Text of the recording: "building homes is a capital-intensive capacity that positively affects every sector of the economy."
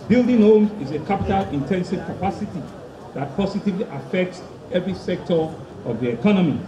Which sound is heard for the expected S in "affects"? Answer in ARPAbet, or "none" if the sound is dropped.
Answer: S